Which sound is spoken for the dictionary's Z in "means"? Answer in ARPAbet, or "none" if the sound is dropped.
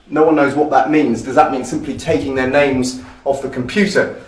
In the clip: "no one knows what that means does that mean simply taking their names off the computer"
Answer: Z